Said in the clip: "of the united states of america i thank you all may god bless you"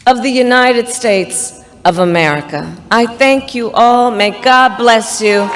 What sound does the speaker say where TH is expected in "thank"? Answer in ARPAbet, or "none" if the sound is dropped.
TH